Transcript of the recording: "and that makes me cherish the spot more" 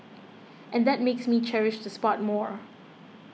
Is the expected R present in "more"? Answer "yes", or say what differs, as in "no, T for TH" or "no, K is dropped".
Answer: yes